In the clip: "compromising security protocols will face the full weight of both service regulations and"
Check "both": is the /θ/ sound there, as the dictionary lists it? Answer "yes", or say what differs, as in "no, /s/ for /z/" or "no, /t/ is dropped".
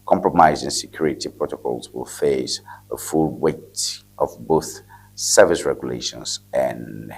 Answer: yes